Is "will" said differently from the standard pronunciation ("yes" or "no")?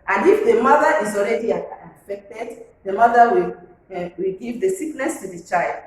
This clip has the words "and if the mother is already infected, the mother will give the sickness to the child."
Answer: yes